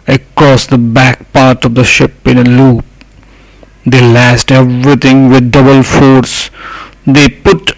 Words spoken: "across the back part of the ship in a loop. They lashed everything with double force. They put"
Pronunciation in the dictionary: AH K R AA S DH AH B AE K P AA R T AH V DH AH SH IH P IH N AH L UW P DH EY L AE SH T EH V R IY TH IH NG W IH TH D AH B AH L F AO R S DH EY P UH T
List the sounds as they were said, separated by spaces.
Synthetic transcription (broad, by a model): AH K R AA S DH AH B AE K P AA R T AH V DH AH SH IH P IH N AH L UW P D EY L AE S T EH V R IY T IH NG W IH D D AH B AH L F AO R S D EY P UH T